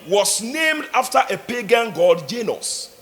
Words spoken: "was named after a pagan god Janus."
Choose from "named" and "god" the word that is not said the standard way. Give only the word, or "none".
none